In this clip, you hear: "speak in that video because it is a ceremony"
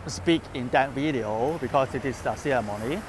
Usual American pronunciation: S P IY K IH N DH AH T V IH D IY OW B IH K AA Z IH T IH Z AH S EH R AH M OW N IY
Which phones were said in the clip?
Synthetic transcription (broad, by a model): S P IY K IH N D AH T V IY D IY OW B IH K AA S IH T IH S AH S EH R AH M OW N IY